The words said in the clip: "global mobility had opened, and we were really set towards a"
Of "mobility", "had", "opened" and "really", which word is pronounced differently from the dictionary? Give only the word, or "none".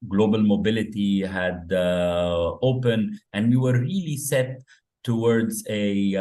opened